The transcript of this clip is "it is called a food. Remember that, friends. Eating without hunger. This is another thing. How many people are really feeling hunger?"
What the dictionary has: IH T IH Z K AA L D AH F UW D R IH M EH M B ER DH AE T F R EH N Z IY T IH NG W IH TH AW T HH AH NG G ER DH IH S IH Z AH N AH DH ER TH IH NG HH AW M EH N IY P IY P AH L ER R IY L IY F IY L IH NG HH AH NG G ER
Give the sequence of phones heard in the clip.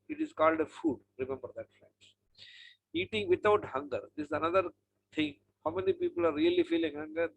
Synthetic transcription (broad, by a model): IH T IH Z K AA L D AH F UW D R IH M EH M B ER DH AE T F L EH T IY T IH NG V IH T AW T HH AH NG G ER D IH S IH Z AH N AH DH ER T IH NG HH AW M EH N IY P IY P AH L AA R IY L IY F IY L IH NG HH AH NG G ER